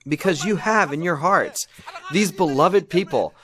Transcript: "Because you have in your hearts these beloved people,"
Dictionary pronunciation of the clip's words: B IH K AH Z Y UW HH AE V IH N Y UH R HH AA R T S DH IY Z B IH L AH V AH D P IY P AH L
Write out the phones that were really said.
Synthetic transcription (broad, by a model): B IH K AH Z Y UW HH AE V IH N Y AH R HH AA R T S DH IY Z B IH L AH V AH D P IY P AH L